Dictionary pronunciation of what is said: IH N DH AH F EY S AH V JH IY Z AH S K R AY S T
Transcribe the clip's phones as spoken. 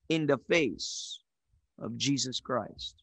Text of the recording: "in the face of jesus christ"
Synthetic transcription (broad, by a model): IH N DH AH F EY S AH V JH IY Z AH S K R AY S T